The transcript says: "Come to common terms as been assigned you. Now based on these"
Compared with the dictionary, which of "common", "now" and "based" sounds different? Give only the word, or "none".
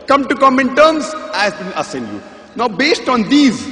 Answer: none